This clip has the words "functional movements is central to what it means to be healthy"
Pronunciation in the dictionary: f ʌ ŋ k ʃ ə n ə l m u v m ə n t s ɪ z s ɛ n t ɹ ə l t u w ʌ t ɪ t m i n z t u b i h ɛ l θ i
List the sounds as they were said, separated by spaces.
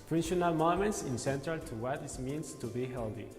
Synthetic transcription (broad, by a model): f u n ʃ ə n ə l m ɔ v m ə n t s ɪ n s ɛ n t ə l t u w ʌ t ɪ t m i n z t u b i h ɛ l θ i